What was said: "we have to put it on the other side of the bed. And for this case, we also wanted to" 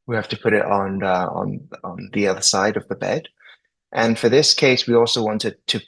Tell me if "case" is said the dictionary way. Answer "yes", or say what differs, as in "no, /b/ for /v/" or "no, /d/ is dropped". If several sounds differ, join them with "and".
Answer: yes